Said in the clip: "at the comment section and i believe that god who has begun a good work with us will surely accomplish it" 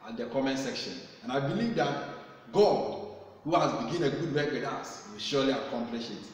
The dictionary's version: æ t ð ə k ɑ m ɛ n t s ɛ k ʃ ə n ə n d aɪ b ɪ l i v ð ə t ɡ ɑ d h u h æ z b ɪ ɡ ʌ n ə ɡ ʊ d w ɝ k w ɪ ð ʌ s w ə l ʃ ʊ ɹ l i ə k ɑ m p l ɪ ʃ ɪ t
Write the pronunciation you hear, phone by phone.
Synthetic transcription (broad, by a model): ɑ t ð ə k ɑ m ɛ n s ɛ k ʃ ə n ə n aɪ b ɪ l i v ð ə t ɡ ɑ d h u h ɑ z b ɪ ɡ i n ə ɡ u d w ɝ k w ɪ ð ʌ s w ə l ʃ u l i ə k ɑ m p l ɪ ʃ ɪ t